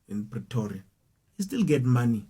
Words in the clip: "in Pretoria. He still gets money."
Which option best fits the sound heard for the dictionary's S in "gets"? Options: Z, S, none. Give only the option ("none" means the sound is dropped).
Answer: none